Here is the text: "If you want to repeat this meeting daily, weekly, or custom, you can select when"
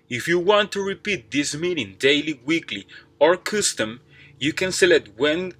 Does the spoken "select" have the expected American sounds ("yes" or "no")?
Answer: no